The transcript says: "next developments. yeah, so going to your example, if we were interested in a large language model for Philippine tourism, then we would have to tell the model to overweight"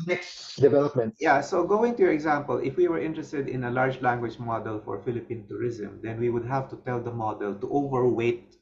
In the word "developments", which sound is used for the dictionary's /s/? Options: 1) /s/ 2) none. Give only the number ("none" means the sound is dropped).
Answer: 2